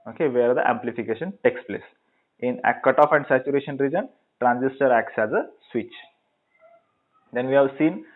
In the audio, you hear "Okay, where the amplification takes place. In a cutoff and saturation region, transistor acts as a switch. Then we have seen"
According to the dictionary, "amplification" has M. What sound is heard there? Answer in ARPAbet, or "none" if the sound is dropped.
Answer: M